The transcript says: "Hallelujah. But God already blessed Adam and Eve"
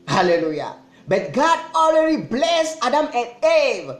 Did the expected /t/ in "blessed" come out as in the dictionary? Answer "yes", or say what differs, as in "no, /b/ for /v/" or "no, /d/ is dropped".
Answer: no, /t/ is dropped